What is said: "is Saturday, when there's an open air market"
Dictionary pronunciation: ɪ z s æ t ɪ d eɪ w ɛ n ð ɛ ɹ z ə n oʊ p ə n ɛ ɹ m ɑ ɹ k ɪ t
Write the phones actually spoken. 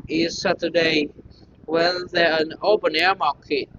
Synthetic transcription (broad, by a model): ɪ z s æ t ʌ d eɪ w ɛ l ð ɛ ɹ ə n oʊ p ə n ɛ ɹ m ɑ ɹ k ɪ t